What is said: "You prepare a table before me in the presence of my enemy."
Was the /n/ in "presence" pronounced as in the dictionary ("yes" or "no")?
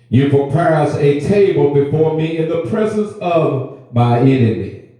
yes